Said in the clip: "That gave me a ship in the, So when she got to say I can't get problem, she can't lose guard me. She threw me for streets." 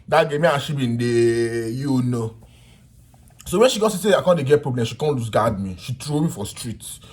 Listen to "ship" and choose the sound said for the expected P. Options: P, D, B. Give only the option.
B